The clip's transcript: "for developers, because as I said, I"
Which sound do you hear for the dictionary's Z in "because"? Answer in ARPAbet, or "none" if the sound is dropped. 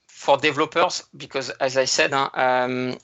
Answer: Z